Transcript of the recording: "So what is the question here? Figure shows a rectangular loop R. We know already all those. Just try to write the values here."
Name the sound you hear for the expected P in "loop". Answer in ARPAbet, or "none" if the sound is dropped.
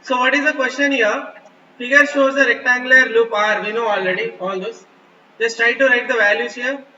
P